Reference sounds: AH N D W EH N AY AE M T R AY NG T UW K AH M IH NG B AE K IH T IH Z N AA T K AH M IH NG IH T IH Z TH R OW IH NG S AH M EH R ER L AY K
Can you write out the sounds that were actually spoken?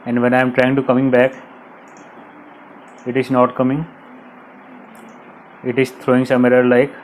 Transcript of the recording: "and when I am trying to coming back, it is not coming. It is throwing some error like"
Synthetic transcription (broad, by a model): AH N D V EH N AY M T R AY NG T UW K AH M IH NG B AE K IH T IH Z N AA T K AH M IH NG IH T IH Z T R OW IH NG S AH M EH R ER L AY K